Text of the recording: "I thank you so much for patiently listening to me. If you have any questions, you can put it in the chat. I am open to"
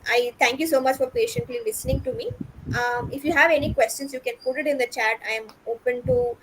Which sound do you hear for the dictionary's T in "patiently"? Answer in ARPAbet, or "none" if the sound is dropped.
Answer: T